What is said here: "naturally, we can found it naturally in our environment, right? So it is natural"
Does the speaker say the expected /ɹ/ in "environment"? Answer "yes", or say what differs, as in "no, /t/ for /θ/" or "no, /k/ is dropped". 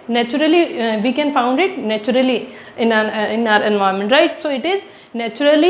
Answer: no, /ɹ/ is dropped